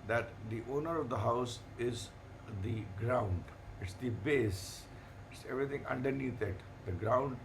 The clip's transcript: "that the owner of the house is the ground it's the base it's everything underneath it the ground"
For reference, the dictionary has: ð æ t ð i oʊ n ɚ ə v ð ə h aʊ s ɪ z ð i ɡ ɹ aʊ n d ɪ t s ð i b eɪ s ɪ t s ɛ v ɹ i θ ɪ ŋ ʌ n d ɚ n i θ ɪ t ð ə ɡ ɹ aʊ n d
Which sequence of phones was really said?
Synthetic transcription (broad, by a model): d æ t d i oʊ n ɚ ə v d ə h aʊ s ɪ z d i ɡ ɹ aʊ n d ɪ t s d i b eɪ s ɪ t s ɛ v ɹ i t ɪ ŋ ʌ n d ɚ n i t ɪ t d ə ɡ ɹ aʊ n d